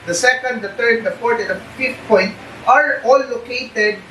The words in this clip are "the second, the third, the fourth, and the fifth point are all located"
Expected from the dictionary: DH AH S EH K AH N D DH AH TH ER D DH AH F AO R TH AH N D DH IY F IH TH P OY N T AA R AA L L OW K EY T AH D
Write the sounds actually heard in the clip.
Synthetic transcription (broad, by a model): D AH S EH K AH N D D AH T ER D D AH P AO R T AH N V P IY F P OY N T AA R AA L L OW K EY T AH D